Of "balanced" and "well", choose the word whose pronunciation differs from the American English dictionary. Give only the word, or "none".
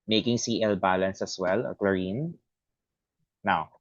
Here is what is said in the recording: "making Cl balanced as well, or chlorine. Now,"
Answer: balanced